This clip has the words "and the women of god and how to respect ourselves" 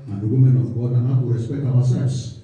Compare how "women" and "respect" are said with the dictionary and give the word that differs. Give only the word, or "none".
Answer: respect